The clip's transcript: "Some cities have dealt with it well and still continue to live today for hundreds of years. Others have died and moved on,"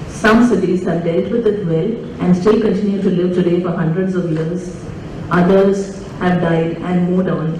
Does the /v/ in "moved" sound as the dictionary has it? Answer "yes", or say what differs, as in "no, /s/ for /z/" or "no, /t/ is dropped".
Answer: no, /v/ is dropped